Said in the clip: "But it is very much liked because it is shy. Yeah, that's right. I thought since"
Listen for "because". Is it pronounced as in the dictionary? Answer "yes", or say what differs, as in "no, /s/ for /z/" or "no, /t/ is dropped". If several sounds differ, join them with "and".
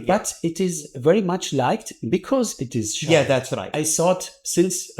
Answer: yes